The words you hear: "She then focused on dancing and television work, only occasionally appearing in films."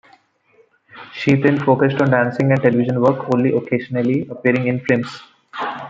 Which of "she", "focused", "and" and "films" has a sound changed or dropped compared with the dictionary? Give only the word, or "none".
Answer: films